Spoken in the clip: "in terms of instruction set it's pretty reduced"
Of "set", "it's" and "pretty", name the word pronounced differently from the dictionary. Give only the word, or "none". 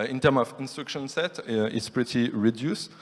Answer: none